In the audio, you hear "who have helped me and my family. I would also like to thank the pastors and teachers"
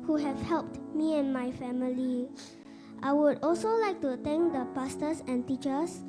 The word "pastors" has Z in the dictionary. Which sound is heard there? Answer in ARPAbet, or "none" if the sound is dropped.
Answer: S